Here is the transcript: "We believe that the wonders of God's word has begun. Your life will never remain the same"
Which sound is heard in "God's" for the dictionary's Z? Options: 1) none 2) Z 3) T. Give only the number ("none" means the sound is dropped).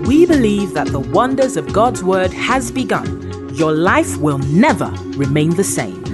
2